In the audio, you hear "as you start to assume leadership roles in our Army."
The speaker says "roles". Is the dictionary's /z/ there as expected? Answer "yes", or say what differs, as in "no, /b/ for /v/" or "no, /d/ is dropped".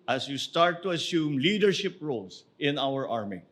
no, /s/ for /z/